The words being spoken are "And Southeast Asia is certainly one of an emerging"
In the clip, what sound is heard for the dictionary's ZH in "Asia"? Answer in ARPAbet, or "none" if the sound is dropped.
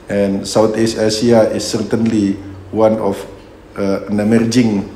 S